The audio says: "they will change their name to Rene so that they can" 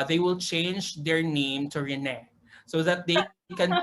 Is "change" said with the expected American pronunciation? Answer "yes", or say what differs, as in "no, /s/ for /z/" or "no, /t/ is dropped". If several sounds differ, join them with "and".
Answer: yes